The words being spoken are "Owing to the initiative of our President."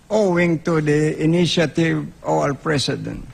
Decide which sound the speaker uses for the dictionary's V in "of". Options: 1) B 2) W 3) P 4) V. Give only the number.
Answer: 2